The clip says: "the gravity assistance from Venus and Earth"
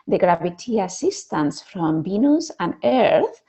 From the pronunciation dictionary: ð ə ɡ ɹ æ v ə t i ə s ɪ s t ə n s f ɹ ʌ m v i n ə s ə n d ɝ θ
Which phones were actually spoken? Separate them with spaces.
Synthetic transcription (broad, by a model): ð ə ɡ ɹ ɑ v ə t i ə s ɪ s t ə n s f ɹ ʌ m b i n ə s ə n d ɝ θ